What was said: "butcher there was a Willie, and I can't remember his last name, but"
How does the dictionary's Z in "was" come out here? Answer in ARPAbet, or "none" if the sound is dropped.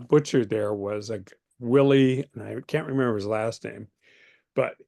Z